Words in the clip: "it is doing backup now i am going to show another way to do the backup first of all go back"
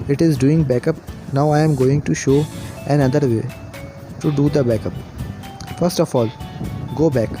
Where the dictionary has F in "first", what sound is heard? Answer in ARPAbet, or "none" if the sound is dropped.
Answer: F